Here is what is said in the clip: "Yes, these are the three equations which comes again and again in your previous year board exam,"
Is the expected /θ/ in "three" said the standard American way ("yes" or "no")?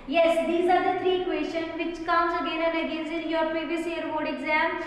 no